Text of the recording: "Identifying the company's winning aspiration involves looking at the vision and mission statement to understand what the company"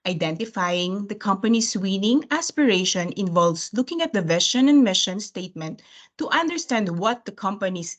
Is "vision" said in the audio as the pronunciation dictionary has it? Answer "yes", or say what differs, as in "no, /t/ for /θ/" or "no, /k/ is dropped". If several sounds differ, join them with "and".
no, /ʃ/ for /ʒ/